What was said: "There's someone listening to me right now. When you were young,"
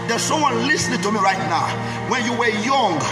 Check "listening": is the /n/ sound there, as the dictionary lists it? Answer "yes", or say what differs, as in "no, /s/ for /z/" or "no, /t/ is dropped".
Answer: yes